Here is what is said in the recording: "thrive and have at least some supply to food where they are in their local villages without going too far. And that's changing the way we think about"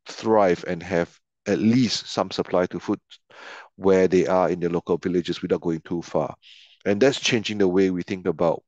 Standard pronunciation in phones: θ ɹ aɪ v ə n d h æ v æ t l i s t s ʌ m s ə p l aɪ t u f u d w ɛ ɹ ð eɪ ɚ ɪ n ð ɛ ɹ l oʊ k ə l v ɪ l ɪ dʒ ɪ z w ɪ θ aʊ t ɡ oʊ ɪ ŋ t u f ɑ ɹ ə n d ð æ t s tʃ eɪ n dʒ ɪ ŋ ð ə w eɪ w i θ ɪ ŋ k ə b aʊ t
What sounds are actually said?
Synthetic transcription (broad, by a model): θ ɹ aɪ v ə n h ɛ v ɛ t l i s t s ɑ m s ə p l aɪ t u f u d w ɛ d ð eɪ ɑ ɪ n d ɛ l oʊ k ə l v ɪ l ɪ dʒ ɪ s w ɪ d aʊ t ɡ oʊ ɪ ŋ t u f ɑ ə n d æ t s tʃ eɪ n dʒ ɪ ŋ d ə w eɪ w i θ ɪ ŋ k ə b aʊ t